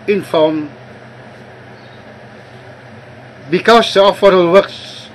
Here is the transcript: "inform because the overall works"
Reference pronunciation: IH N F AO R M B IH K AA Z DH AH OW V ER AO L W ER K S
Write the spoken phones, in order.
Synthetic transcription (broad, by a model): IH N F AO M B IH K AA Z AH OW F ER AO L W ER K S